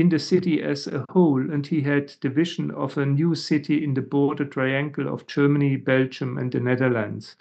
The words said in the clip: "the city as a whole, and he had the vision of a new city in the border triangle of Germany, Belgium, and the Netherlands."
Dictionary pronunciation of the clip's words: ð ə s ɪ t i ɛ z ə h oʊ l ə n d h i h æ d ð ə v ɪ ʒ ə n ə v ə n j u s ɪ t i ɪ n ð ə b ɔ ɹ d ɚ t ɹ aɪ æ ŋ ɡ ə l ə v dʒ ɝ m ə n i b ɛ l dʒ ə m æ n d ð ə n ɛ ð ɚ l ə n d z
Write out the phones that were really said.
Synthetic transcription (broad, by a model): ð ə s ɪ t i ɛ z ə h oʊ l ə n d h i h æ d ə v ɪ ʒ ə n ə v ə n j u s ɪ t i ɪ n ð ə b ɔ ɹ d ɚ t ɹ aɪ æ ŋ ɡ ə l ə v dʒ ɝ m ə n i b ɛ l dʒ ə m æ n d ð ə n ɛ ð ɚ l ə n d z